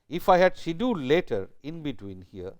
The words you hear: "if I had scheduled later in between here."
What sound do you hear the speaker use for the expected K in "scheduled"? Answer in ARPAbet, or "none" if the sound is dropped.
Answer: none